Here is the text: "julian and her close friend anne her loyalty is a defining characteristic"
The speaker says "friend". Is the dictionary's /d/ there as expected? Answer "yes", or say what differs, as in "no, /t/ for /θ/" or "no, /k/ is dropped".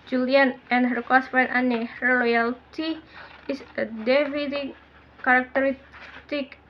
no, /d/ is dropped